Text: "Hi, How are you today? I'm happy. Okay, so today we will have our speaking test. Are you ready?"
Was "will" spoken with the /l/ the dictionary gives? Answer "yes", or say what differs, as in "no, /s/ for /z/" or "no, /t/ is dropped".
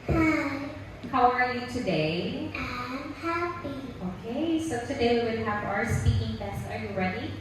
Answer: no, /n/ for /l/